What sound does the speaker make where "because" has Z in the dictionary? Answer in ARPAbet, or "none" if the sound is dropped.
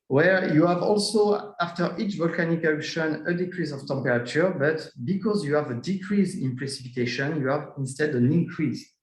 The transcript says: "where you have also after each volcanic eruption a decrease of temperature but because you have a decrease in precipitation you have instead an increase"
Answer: Z